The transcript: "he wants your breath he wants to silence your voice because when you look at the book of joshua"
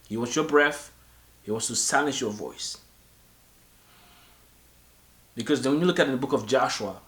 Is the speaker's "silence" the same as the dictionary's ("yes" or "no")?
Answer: no